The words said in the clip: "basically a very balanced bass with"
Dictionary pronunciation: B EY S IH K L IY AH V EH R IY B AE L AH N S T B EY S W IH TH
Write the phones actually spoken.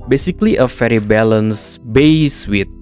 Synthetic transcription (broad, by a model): B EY S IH K L IY AH F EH R IY B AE L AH N S B EY S W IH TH